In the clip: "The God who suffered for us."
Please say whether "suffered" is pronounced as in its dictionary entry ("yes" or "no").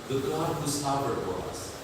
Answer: no